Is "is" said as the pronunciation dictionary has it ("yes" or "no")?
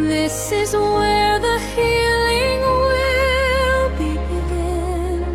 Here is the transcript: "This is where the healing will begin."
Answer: yes